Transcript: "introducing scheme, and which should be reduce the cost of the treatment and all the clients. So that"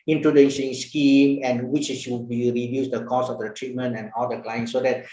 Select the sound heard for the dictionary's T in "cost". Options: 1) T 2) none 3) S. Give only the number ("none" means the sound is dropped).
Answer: 2